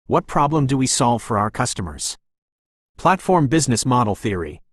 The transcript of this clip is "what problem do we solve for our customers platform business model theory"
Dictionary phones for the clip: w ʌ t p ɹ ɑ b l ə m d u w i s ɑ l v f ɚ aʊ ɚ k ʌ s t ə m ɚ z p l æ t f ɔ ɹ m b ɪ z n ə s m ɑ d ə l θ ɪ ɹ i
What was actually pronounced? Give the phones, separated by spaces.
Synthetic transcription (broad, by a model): w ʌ t p ɹ ɑ b l ə m d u w i s ɑ l v f ɚ aʊ ɚ k ʌ s t ə m ɚ z p l æ t f ɔ ɹ m b ɪ z n ə s m ɑ d l θ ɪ ɹ i